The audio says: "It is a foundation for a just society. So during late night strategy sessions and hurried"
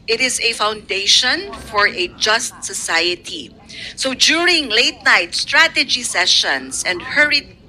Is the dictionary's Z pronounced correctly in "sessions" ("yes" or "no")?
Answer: no